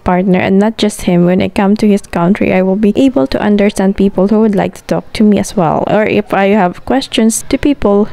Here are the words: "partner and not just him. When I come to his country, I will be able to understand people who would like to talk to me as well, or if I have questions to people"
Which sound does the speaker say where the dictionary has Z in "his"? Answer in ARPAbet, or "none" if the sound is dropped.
S